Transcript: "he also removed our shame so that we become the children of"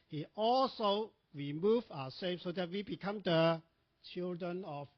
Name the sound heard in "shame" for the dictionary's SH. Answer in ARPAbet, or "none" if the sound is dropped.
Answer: S